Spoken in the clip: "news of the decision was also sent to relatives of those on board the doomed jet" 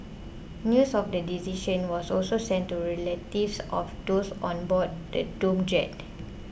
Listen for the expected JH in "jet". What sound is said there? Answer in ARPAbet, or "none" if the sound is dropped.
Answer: JH